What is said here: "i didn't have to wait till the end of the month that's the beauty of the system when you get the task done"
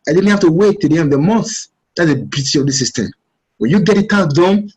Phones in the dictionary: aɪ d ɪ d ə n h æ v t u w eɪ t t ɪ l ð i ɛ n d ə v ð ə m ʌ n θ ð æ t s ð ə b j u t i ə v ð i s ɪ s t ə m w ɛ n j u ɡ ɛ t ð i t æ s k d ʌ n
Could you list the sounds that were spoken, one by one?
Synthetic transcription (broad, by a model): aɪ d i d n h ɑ f t u w eɪ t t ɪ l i ɛ n d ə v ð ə m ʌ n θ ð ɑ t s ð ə b j u t i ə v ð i s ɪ s t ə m w ɛ n j u ɡ ɛ t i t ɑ k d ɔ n